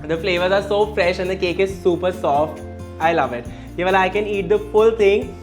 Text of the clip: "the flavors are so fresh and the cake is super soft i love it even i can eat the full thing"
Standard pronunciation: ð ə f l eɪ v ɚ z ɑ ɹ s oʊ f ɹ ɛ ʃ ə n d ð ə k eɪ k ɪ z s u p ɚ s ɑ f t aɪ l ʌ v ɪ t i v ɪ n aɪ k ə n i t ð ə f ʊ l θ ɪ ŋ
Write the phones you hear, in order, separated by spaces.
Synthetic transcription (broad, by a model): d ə f l eɪ v ɚ z ɑ ɹ s oʊ f ɹ ɛ ʃ ə n d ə k eɪ k ɪ z s u p ɚ s ɑ f t aɪ l ʌ v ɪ t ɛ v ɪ l aɪ k ə n i t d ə f ʊ l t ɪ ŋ